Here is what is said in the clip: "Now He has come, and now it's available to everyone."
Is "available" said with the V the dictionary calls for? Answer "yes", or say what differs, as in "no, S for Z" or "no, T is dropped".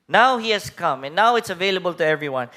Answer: yes